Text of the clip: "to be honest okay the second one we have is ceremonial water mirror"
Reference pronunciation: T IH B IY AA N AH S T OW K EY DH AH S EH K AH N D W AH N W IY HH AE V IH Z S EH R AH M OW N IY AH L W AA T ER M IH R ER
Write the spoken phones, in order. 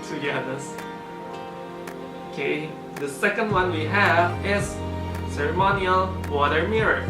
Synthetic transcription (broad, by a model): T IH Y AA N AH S OW K EY DH AH S EH K AH N D W AH N W IY HH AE V IH Z S EH R AH M OW N IY AH L W AA T ER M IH R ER